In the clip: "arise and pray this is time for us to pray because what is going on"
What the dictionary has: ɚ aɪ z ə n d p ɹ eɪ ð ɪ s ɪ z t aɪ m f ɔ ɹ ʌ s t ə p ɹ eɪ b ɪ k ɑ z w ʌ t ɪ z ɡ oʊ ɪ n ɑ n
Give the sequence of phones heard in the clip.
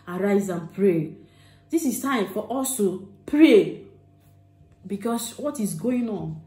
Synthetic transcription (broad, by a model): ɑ aɪ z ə n p ɹ eɪ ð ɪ s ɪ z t aɪ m f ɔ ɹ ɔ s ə p ɹ eɪ b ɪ k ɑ s w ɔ t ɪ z ɡ oʊ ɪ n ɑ n